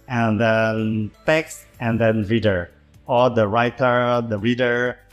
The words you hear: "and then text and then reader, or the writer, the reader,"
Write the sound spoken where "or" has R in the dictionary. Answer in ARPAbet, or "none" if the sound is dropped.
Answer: L